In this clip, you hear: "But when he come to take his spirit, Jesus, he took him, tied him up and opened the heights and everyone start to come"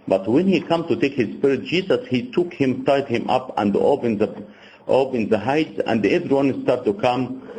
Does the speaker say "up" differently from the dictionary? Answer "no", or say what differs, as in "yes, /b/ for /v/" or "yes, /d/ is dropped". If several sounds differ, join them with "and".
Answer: no